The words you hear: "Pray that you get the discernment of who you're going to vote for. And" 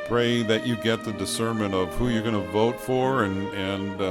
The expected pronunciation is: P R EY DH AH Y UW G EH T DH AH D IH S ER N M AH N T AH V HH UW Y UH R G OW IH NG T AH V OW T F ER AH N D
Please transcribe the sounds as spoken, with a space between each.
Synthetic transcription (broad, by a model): P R EY DH AH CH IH G EH T DH AH D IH S ER M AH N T AH V HH UW Y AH R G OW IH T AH V OW T F ER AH N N